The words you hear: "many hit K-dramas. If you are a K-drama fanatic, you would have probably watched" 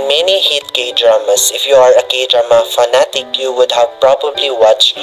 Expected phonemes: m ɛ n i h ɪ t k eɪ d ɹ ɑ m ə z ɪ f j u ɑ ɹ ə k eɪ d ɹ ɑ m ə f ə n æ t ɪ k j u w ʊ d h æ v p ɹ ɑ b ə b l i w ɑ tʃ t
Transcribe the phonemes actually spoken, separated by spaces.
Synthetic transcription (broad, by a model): m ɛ n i h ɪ t k eɪ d ɹ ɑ m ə s ɪ f j u ɑ ɹ ə k eɪ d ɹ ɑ m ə f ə n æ t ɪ k j u w ʊ d h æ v p ɹ ɑ b ə b l i w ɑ tʃ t